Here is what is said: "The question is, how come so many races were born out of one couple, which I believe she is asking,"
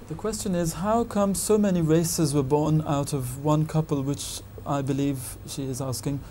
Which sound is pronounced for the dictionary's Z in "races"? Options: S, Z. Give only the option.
Z